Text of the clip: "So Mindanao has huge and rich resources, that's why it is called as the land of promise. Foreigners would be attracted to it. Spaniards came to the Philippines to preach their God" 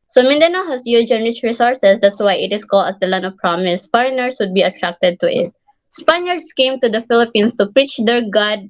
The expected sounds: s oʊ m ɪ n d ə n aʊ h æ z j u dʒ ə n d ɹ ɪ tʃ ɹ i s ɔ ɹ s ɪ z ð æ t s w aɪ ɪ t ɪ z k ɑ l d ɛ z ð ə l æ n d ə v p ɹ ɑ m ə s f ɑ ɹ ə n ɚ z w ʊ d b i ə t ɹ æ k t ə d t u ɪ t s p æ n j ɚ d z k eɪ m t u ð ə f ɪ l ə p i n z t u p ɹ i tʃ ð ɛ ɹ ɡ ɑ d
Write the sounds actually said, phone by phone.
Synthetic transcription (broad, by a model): s oʊ m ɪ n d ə n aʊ h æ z j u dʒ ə n ɹ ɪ tʃ ɹ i s ɔ ɹ s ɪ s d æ t s w aɪ ɪ t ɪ s k ɑ l d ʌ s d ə l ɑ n ə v p ɹ ɑ m ə s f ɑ ɹ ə n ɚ s w ʊ d b i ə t ɹ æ k t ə d t u ɪ t s p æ n j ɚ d s k eɪ m t u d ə f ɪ l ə p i n s t u p ɹ i tʃ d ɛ ɹ ɡ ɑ d